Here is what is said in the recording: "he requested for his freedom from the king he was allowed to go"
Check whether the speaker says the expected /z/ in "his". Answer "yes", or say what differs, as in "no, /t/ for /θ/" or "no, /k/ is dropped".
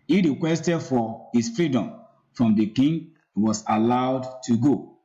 no, /s/ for /z/